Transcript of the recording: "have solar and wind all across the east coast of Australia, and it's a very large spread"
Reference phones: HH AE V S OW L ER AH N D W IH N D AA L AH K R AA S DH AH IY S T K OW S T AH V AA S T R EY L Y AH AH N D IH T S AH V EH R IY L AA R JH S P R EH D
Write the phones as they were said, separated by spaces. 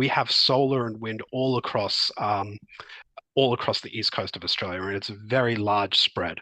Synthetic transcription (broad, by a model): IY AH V S OW L ER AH N W IH N D AA L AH K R AA S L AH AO S T K OW S T AH V AA S T R EY L Y AH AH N IH T S AH V EH R IY L AA R JH S P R EH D